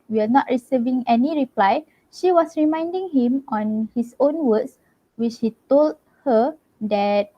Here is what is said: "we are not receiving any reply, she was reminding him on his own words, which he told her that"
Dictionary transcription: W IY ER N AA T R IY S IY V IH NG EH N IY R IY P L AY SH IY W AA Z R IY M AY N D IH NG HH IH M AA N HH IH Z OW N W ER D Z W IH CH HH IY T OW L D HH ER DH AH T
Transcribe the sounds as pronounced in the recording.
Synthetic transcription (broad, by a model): W IY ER N AA T R IY S IY V IH NG EH N IY R IY P L AY SH IY W AA S R IY M AY N D IH NG HH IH M AA N HH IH S OW N W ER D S W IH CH HH IY T OW L D HH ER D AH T